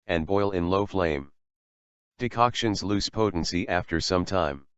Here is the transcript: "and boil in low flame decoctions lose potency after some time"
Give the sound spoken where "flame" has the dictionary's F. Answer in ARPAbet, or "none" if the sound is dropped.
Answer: F